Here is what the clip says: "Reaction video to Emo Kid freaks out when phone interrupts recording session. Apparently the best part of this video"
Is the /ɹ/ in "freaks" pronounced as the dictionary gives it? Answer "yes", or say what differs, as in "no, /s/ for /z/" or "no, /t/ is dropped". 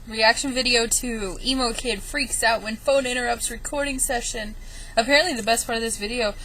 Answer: yes